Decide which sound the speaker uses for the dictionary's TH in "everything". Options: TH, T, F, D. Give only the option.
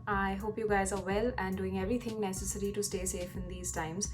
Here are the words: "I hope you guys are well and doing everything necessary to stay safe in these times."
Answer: T